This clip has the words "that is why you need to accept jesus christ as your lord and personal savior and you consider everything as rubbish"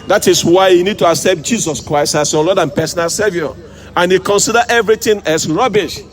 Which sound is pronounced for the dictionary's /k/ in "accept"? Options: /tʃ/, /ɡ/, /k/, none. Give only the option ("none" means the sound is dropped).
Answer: /k/